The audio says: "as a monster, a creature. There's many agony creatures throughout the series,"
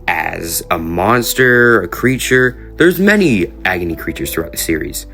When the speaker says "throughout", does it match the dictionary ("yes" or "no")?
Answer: yes